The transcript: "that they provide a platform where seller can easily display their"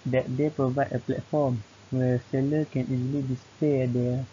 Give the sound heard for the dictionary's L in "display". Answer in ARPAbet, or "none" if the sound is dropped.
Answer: none